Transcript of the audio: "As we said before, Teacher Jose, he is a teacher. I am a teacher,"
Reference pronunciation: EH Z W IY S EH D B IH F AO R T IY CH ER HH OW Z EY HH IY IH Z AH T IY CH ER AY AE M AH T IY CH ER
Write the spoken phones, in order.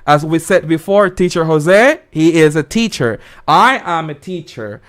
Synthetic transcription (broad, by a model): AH Z W IY S EH D B IH F AO R T IY CH ER HH OW Z EY HH IY IH Z AH T IY CH ER AY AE M AH T IY CH ER